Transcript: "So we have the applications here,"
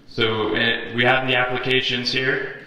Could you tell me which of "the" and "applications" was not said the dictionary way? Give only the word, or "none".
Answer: none